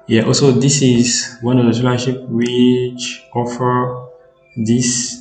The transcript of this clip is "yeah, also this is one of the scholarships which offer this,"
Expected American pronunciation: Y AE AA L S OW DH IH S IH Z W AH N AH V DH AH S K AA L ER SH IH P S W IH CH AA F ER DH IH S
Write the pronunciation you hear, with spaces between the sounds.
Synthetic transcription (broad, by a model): Y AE AA L S OW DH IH S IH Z W AH N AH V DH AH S AA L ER SH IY P W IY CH AA F ER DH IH S